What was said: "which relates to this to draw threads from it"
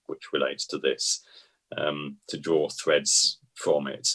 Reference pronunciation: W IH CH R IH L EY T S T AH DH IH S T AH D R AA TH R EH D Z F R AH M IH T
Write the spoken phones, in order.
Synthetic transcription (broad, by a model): W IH CH R IH L EY T S T AH DH IH S T AH D R AA TH R EH D Z F R AH M IH T